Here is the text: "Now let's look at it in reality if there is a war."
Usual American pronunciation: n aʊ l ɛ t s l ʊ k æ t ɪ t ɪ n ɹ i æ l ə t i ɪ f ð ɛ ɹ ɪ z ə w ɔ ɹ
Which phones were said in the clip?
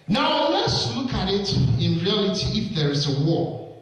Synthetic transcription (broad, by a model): n aʊ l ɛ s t l ʊ k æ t ɪ t ɪ n ɹ i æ l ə t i ɪ f ð ɛ ɹ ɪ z ə w ɔ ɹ